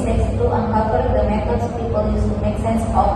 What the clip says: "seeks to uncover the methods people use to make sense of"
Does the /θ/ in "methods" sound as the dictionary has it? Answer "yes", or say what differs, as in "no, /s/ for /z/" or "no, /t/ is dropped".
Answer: no, /t/ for /θ/